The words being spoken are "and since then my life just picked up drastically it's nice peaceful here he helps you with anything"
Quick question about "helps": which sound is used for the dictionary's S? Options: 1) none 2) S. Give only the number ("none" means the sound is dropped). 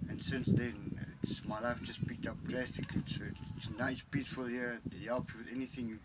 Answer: 1